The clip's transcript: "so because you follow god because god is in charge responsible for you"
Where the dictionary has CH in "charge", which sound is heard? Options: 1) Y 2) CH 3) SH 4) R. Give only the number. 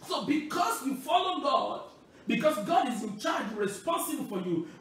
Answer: 2